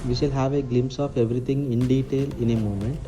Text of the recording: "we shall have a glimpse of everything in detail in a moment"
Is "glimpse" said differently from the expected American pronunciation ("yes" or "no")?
yes